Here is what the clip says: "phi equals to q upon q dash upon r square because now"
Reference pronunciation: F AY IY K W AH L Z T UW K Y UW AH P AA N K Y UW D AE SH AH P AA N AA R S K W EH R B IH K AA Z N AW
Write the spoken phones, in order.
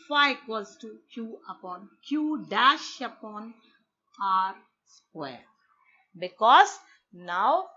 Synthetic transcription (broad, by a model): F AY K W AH Z T UW K Y UW AH P AA N K Y UW D AE SH AH P AA N AA R S K W EH R B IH K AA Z N AW